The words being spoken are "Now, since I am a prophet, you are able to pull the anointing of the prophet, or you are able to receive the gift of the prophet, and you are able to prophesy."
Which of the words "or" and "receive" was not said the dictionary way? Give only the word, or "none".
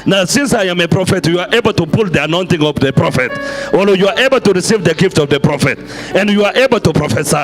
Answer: or